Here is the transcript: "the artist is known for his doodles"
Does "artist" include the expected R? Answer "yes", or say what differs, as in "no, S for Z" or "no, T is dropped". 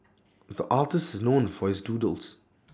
no, L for R